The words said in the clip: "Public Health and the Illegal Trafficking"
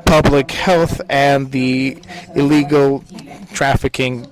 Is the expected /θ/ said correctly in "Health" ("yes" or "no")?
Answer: yes